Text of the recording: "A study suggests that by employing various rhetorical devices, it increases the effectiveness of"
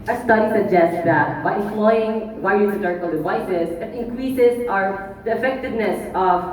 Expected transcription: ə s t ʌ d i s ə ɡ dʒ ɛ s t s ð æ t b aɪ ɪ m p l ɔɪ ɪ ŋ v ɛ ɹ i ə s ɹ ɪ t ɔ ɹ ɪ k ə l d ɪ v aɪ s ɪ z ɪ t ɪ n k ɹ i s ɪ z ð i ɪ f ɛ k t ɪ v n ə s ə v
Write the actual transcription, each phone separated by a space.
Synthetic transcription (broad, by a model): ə s t ʌ d i s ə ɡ dʒ ɛ s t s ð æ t b aɪ ɪ m p l ɔɪ ɪ ŋ w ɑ i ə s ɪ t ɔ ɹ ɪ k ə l d ɪ v aɪ s ɪ z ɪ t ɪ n k ɹ i s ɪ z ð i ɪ f ɛ k t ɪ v n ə s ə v